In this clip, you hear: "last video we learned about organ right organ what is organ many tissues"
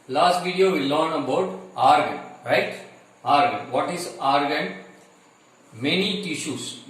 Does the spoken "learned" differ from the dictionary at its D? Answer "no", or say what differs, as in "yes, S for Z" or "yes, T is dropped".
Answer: yes, D is dropped